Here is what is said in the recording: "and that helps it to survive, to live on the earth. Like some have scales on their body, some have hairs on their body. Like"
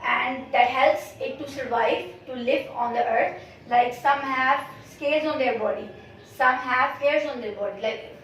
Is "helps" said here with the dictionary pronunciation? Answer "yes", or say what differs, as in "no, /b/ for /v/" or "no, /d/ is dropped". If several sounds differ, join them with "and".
yes